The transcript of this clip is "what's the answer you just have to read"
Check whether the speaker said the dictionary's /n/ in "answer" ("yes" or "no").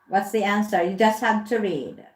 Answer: yes